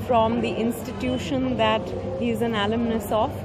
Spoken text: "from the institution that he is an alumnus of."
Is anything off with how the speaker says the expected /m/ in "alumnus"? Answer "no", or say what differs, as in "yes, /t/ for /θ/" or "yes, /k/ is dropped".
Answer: no